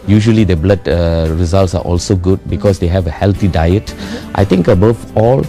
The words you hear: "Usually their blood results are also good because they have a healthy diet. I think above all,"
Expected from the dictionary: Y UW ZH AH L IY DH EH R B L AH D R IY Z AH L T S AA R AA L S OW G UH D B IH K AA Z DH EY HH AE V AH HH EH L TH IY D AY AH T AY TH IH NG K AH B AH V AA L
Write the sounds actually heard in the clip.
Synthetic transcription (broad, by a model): Y UW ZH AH L IY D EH B L AH D R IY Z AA L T S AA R AA L S OW G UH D B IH K AA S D EY HH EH V AH HH EH L T IY D AY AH T AY T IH NG K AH B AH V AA L